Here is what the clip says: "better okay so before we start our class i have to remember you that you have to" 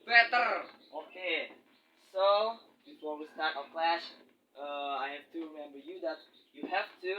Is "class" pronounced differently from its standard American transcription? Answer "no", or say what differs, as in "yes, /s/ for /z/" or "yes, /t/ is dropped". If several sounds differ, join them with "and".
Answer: yes, /ʃ/ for /s/